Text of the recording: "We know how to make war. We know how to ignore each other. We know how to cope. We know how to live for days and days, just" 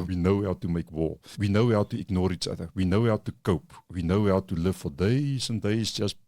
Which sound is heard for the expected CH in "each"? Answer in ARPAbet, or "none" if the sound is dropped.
CH